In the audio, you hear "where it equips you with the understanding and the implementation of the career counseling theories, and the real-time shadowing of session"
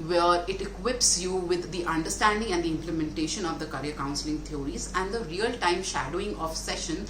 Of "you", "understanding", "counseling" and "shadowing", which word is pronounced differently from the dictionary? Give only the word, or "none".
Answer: none